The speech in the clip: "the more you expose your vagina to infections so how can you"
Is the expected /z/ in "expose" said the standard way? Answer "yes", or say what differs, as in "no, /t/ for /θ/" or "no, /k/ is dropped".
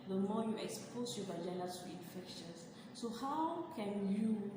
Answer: no, /s/ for /z/